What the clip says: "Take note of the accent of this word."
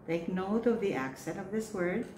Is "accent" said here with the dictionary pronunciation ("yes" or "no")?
yes